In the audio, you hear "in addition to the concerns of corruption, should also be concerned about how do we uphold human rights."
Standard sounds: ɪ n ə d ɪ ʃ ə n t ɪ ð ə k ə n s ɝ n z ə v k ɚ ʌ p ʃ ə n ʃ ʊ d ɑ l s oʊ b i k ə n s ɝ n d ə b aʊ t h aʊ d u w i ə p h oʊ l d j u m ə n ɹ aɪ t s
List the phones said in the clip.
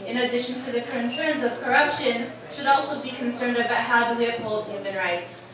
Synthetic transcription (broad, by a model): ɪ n ə d ɪ ʃ ə n t ɪ ð ə k ə n s ɝ n z ə v k ɚ ʌ p ʃ ə n ʃ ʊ d ɑ l s oʊ b i k ə n s ɝ n d ə b aʊ t h aʊ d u w i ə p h oʊ l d j u m ə n ɹ aɪ t s